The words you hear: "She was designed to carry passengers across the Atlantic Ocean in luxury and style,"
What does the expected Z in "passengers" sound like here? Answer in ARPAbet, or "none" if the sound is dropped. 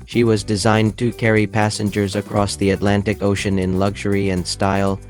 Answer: Z